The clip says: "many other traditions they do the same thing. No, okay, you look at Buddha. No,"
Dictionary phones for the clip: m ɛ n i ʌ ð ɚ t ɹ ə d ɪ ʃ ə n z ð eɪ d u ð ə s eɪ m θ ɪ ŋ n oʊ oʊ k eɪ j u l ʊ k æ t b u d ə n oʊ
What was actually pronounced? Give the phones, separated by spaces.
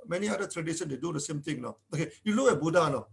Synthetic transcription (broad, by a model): m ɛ n i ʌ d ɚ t ɹ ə d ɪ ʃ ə n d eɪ d u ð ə s eɪ m t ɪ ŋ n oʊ oʊ k eɪ j u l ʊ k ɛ b u d ə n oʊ